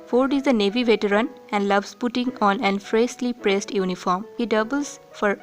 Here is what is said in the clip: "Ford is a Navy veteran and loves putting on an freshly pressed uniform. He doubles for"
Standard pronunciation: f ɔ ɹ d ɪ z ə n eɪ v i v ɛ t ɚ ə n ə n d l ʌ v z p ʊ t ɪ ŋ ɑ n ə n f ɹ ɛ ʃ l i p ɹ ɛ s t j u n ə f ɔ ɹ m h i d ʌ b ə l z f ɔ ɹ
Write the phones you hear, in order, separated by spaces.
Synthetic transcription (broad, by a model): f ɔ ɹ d ɪ z ə n eɪ v i v ɛ t ɚ ə n ə n d l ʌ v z p ʊ t ɪ ŋ ɑ n ə n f ɹ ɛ s l i p ɹ ɛ s t j u n ə f ɔ ɹ m h i d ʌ b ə l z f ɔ ɹ